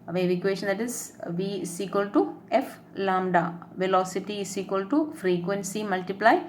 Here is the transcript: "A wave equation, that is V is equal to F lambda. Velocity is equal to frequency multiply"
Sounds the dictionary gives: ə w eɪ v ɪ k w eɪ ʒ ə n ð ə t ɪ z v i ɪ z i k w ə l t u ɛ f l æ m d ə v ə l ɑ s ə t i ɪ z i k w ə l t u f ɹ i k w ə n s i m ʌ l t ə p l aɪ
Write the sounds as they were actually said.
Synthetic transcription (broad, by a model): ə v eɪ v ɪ k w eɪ ʃ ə n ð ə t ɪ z v i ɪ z i k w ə l t u ɛ f l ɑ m d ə v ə l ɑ s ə t i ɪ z i k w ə l t u f ɹ i k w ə n s i m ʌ l t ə p l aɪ